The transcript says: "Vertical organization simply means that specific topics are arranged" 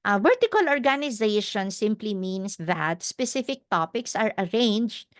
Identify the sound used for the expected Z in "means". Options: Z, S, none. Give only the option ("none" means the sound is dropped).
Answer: S